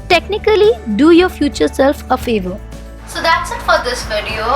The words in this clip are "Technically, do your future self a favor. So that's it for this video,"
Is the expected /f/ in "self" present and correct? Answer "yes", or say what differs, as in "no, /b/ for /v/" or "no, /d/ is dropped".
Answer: yes